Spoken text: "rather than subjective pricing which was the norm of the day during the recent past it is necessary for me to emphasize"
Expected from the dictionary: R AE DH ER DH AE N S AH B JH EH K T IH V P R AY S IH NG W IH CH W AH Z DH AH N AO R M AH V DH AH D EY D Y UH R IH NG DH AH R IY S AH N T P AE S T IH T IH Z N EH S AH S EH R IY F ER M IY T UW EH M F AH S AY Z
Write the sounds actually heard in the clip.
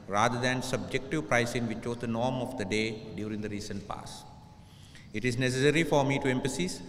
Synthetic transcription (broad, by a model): R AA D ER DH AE N S AH B JH EH K T IH V P R AY S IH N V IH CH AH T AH N AO R M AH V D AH D EY D Y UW R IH NG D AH R IY S AH N T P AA S IH T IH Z N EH S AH S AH R IY F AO M IY T UW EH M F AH S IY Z